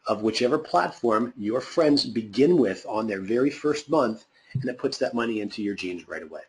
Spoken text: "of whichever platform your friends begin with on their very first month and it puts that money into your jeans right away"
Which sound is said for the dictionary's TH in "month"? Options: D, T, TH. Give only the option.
TH